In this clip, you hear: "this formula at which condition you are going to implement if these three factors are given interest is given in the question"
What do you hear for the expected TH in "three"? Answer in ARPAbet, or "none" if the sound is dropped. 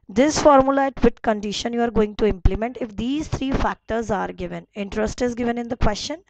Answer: T